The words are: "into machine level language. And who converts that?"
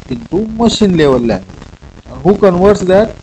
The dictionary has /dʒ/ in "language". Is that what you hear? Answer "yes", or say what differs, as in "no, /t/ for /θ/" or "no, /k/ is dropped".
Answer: no, /dʒ/ is dropped